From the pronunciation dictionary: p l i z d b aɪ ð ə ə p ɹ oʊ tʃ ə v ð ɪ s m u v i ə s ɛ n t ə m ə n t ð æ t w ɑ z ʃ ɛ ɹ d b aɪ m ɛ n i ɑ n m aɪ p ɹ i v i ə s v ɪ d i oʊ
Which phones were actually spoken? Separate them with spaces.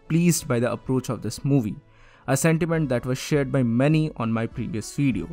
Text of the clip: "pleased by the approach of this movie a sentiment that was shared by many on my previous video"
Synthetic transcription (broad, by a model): p l i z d b aɪ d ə ə p ɹ oʊ tʃ ə v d ɪ s m u v i ə s ɛ n t ə m ə n t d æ t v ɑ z ʃ ɛ ɹ d b aɪ m ɛ n i ɑ n m aɪ p ɹ i v i ə s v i d i oʊ